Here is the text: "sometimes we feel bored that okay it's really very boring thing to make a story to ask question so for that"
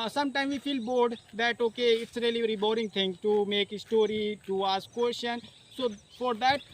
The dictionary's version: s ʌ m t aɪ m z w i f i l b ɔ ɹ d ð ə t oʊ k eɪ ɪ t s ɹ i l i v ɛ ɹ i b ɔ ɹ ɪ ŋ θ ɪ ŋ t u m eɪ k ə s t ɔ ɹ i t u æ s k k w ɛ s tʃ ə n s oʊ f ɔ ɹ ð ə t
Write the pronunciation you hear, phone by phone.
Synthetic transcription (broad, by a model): s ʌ m t aɪ m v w i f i l b ɔ ɹ d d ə t oʊ k eɪ ɪ t s ɹ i i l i ɹ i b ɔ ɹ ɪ ŋ t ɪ ŋ t u m eɪ k s t ɔ ɹ i t u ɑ s k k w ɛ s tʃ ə n s oʊ f ɔ ɹ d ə t